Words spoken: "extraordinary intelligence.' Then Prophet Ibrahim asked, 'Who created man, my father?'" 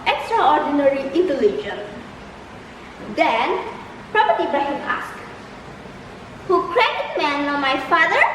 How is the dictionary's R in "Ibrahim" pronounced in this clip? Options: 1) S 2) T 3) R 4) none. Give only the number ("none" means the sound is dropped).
4